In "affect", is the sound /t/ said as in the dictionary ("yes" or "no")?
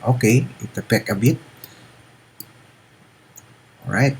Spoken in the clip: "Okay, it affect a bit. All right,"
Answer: no